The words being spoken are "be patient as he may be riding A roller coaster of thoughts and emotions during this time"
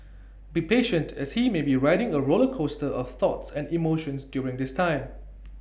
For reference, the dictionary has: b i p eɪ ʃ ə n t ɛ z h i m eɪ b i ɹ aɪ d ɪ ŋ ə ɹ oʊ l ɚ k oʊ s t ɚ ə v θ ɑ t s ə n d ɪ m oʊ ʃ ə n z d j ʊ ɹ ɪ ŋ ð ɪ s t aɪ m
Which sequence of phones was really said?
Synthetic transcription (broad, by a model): b i p eɪ ʃ ə n t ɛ s h i m eɪ b i ɹ aɪ d ɪ ŋ ə ɹ oʊ l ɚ k oʊ s t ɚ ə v θ ɑ t s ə n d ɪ m oʊ ʃ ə n s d j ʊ ɹ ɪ ŋ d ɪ s t aɪ m